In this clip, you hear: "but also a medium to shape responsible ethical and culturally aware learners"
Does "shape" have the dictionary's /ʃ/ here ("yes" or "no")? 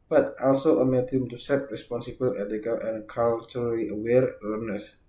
no